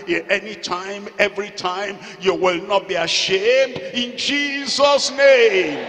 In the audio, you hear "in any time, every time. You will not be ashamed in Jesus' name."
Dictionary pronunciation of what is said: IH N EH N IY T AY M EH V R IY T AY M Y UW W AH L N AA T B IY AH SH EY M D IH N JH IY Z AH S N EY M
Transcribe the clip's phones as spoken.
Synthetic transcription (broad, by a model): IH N EH N IY T AY M EH V R IY T AY M Y UW W AH L N AA T B IY AH SH EY M D IH N JH IY Z AH S N EY M